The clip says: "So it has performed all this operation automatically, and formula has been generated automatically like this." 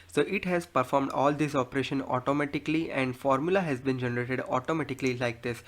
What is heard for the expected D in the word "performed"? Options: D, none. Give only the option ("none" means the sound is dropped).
D